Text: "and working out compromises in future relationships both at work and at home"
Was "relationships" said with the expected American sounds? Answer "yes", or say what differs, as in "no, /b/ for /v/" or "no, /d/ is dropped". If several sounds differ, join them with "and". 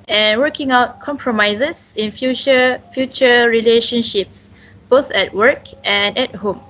yes